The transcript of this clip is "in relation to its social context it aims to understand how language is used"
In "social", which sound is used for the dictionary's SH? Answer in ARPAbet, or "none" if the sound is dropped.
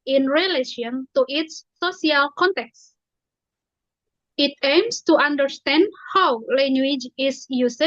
none